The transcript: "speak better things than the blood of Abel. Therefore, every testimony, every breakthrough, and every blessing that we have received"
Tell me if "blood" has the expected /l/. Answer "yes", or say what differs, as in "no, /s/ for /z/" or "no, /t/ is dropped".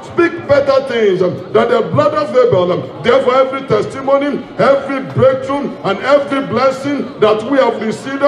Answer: yes